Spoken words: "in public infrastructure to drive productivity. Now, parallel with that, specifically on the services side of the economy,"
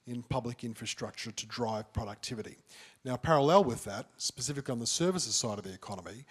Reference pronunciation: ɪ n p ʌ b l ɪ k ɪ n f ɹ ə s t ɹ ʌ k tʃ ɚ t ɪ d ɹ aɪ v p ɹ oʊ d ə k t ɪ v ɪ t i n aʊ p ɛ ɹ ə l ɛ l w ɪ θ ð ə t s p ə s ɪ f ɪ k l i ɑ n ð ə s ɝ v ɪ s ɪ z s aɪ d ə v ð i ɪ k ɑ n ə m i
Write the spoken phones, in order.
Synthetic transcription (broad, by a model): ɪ n p ʌ b l ɪ k ɪ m f ɹ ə s t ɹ ʌ k tʃ ɚ t ɪ d ɹ aɪ v p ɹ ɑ d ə k t ɪ v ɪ t i n aʊ p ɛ ɹ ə l ɛ l w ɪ ð ə t s p ə s ɪ f ɪ k l i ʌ n ð ə s ɝ v ɪ s ɪ z s aɪ d ə v ð i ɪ k ɑ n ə m i